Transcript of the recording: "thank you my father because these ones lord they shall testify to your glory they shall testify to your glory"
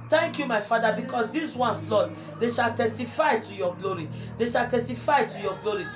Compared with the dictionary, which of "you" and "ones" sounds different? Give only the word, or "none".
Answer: ones